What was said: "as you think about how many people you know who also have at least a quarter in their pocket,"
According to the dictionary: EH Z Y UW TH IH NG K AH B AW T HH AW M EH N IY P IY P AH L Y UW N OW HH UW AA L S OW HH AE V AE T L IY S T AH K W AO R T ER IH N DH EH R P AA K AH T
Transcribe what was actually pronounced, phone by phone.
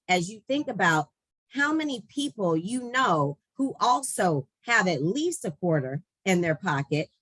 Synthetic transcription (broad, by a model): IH Z Y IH TH IH NG K AH B AW T HH AW M EH N IY P IY P L Y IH N OW HH UW AA L S OW HH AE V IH T L IY S T AH K W AO R T ER IH N DH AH R P AA K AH T